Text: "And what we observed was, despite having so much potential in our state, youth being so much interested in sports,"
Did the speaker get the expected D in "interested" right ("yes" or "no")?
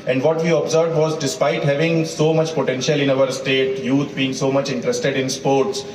yes